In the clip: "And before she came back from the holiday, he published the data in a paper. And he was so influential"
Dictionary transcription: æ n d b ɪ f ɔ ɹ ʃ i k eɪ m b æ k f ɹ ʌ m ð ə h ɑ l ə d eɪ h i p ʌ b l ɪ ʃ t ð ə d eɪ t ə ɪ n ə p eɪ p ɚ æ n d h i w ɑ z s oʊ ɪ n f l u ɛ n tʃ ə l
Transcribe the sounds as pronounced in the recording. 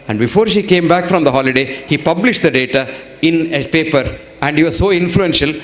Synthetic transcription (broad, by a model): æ n d b ɪ f ɔ ɹ ʃ i k eɪ m b æ k f ɹ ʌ m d ə h ɑ l ə d eɪ h i p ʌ b l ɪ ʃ t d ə d eɪ t ə ɪ n ə p eɪ p ɚ æ n d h i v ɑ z s oʊ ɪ n f l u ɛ n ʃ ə l